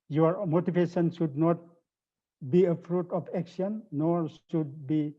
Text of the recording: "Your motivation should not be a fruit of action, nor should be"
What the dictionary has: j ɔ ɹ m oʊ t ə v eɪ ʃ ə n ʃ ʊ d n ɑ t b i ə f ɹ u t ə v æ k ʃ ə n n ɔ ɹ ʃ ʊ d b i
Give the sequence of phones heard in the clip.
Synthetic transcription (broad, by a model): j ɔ ɹ m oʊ t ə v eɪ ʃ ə n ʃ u d n ɑ t b i ə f ɹ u t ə p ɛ k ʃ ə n n ɔ ɹ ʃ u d b i